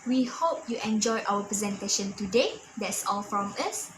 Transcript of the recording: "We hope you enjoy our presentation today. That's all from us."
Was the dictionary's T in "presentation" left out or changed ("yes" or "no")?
no